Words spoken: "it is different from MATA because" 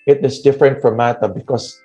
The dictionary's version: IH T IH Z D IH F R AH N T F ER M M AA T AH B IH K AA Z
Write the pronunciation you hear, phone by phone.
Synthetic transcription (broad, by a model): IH T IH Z D IH F R AH N T F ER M M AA T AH B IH K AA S